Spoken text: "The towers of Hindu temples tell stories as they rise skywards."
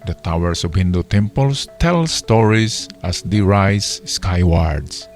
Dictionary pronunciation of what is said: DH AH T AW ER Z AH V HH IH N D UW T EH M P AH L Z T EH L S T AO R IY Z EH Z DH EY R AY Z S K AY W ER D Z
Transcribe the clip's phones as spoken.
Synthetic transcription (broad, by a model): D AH T AW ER S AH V HH IH N D UW T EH M P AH L S T EH L S T AO R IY S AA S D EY R AY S K AY W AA D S